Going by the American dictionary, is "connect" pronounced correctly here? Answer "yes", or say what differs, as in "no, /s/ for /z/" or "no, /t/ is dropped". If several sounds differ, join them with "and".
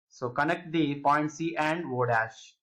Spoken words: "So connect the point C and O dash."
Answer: yes